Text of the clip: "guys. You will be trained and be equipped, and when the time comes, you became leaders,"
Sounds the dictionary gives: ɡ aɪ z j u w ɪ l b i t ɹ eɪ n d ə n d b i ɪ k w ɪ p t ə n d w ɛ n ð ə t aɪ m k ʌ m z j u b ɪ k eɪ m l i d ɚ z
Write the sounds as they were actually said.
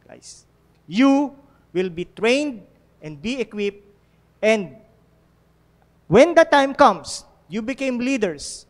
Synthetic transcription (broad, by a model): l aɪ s j u w ɪ l b i t ɹ eɪ n d ə n d b i ɪ k w ɪ p t ə n d w ɛ n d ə t aɪ m k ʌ m s j u b ɪ k eɪ m l i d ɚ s